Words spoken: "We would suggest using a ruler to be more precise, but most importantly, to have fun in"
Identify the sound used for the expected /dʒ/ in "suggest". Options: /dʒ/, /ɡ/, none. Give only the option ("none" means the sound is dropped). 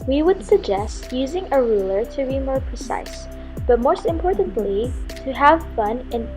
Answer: /dʒ/